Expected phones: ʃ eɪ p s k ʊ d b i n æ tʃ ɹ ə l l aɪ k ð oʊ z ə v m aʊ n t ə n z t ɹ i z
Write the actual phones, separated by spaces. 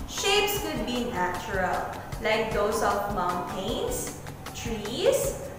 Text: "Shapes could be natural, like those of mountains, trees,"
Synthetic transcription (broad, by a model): ʃ eɪ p s k ʊ d b i n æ tʃ ɹ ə l l aɪ k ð oʊ s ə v m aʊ n t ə n s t ɹ i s